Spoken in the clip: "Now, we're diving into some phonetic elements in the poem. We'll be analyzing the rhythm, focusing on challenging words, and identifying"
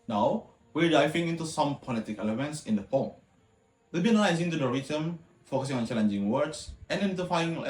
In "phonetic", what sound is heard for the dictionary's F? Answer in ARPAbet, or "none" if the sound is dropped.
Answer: P